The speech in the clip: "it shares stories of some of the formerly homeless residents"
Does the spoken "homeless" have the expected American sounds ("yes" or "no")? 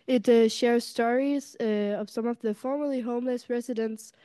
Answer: yes